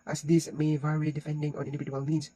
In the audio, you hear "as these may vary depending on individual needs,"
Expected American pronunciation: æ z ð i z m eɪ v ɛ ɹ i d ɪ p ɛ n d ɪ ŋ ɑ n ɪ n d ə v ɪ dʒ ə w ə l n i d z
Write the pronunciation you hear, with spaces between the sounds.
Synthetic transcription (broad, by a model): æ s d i s m eɪ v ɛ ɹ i d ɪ f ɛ n d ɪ ŋ ɑ n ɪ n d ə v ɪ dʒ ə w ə l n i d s